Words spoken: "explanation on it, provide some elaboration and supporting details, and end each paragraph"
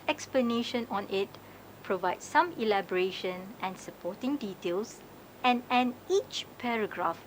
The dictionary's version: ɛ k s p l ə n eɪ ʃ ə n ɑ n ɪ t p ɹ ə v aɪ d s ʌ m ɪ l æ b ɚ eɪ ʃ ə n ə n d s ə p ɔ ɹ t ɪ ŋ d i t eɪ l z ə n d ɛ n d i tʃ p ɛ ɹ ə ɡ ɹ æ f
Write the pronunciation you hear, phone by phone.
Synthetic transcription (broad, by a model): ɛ k s p l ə n eɪ ʃ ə n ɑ n ɪ t p ɹ ə v aɪ d s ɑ m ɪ l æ b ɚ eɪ ʃ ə n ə n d s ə p ɔ t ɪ ŋ d i t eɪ l s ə n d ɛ n i tʃ p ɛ ɹ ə ɡ ɹ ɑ f